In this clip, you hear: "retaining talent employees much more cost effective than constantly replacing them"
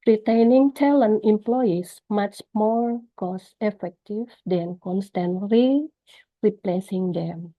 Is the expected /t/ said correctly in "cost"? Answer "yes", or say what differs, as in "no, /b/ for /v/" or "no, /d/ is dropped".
no, /t/ is dropped